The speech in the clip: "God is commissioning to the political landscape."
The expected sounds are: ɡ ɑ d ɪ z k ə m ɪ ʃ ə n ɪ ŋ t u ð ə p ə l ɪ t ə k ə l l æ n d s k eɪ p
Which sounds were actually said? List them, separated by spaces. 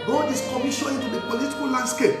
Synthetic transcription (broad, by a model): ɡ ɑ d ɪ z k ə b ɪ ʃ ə ɪ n t u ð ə p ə l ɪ t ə k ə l l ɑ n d s k eɪ p